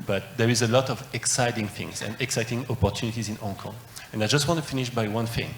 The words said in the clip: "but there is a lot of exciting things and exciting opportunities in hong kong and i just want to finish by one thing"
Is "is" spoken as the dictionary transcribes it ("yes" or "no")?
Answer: yes